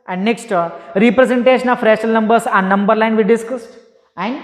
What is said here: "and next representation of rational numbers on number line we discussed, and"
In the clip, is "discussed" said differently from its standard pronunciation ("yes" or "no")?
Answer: no